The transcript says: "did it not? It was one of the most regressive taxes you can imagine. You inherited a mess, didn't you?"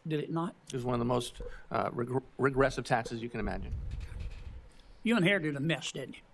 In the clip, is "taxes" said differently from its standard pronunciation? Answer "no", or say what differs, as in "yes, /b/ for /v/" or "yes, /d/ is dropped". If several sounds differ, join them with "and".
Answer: no